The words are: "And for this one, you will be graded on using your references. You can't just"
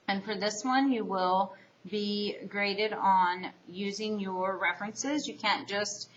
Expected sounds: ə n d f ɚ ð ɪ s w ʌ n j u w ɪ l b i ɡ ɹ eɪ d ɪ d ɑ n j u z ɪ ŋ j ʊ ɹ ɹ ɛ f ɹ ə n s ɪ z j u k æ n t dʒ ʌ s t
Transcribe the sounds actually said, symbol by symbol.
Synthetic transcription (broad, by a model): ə n f ɚ ð ɪ s w ʌ n j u w ɪ l b i ɡ ɹ eɪ d ɪ d n j u z ɪ ŋ j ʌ ɹ ɹ ɛ f ɹ ə n s ɪ z j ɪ k æ n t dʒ ʌ s t